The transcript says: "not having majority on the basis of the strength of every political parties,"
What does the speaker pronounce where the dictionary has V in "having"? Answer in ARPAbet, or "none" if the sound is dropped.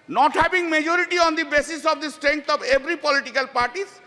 B